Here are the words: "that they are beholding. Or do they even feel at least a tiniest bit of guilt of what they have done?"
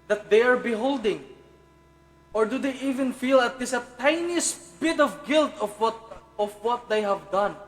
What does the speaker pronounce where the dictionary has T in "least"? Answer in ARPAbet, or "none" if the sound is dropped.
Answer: none